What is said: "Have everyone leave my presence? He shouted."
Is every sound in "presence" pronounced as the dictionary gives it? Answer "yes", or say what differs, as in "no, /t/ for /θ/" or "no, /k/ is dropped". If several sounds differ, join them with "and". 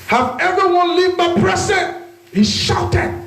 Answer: no, /s/ is dropped